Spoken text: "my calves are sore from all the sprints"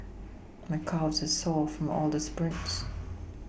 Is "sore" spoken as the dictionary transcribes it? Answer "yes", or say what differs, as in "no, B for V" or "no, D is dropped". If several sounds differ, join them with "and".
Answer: no, L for R